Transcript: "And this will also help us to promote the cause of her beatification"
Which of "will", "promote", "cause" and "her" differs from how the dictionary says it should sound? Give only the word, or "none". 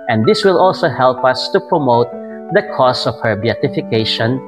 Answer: cause